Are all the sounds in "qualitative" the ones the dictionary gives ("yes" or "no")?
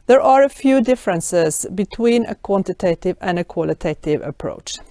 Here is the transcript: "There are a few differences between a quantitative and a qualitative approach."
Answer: yes